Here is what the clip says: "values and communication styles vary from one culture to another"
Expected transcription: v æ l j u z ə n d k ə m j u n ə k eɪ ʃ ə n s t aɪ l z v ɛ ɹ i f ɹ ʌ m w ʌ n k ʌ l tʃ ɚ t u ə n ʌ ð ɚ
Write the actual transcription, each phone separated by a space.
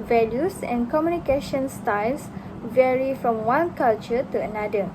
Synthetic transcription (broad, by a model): v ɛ l j u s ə n k ə m j u n ə k eɪ ʃ ə n s t aɪ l s v ɛ ɹ i f ɹ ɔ m w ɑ n k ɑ l tʃ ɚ t u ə n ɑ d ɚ